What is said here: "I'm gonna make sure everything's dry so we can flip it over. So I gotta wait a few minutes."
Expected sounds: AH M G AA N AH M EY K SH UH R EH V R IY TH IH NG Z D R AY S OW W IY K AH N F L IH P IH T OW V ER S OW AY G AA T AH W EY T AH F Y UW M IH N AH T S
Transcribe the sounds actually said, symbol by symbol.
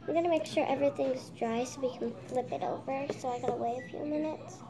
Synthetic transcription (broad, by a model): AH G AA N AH M EY K SH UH R EH V R IY TH IH NG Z D R AY S OW W IY K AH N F L IH P IH T OW V ER S OW AY G AA T AH W EY AH F Y UW M IH N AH T S